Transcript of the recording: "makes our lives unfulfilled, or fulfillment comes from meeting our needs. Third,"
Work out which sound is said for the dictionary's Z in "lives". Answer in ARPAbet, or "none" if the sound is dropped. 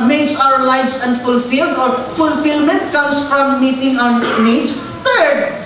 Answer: S